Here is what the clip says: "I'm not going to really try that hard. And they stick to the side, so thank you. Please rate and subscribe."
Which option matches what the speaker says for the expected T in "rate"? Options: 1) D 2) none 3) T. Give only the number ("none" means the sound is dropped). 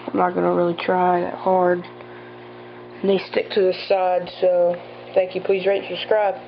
2